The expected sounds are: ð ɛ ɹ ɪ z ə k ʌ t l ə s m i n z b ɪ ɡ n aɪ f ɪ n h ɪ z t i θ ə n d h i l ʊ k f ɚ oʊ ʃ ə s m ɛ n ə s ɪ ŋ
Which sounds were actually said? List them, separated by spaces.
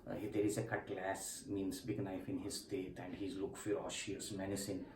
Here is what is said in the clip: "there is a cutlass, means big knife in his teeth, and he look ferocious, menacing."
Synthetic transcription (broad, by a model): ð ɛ ɹ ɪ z ə k ʌ t l ə s m i n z b ɪ ɡ n aɪ f ɪ n h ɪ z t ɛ t ə n d h i l ʊ k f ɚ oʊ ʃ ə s m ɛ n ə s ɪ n